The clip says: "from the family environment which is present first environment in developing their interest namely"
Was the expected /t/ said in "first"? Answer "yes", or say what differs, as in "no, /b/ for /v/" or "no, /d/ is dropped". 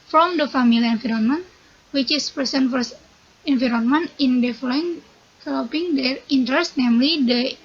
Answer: no, /t/ is dropped